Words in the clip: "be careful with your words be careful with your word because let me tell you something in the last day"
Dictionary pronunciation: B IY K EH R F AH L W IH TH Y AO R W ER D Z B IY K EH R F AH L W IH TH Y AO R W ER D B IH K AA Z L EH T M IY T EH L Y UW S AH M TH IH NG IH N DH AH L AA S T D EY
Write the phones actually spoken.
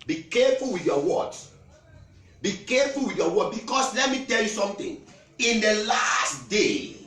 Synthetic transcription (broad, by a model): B IY K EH F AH L W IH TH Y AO W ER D B IY K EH F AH L W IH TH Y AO W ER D B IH K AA S L EH T M IY T EH L Y UW S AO M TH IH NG IH N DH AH L AA S T D EY